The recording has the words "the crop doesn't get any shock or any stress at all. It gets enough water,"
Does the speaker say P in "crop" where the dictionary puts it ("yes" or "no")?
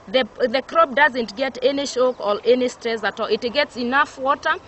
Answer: no